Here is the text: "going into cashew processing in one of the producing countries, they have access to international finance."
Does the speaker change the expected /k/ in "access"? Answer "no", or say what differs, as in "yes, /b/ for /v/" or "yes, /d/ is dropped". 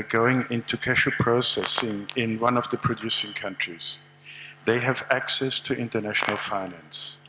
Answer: no